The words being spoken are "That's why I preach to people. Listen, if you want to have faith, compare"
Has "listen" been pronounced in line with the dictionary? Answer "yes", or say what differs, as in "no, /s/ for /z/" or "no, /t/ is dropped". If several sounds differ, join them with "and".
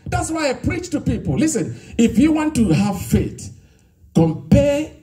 yes